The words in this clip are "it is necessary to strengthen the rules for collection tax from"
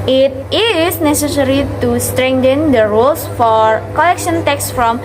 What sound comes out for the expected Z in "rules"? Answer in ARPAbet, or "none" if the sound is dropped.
S